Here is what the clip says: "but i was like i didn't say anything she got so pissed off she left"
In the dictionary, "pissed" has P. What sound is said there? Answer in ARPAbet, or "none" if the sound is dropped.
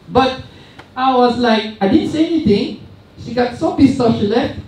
B